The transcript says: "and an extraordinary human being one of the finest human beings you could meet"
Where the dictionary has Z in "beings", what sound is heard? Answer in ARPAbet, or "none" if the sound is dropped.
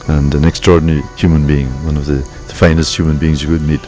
Z